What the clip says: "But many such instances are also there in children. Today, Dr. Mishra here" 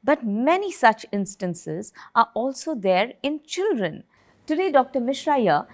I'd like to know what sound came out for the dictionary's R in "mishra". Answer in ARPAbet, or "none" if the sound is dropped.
R